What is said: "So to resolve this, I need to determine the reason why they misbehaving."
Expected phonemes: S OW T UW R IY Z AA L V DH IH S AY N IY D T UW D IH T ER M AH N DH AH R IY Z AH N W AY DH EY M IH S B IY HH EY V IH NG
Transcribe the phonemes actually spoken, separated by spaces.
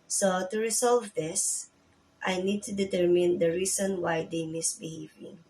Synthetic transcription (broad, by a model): S OW T UW R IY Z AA L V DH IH S AY N IY D T UW D IH T ER M AH N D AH R IY S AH N W AY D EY M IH S B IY HH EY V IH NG